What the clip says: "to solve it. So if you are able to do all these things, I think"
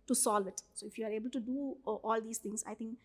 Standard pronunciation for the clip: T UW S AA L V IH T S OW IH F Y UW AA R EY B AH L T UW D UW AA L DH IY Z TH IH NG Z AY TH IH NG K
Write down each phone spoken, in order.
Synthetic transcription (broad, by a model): T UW S AA L V IH T S OW IH F Y UW AA R EY B AH L T UW D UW AA L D IY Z T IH NG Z AY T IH NG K